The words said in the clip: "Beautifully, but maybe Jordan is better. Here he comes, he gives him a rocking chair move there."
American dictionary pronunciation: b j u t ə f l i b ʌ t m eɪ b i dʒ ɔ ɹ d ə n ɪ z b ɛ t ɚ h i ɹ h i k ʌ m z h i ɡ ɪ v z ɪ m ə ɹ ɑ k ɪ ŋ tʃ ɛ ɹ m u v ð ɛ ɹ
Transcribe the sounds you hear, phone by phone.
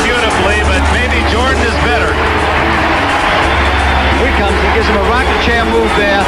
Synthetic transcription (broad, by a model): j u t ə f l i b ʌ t m eɪ b i dʒ ɔ ɹ d n ɪ z b ɛ t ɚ ɹ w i k ʌ m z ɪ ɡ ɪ z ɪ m ə ɹ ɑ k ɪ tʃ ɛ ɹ m u v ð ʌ ɹ